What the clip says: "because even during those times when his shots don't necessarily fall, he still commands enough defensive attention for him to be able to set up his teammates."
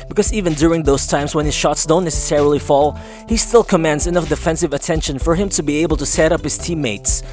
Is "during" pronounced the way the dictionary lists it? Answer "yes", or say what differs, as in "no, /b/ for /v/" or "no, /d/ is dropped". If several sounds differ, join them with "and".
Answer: yes